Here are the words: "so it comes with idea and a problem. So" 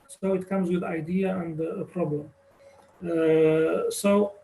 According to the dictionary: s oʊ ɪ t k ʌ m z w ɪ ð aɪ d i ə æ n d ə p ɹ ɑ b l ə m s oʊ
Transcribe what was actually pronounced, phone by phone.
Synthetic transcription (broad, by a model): s oʊ ɪ t k ʌ m z w ɪ ð aɪ d i ə æ n d ə p ɹ ɑ b l ə m s oʊ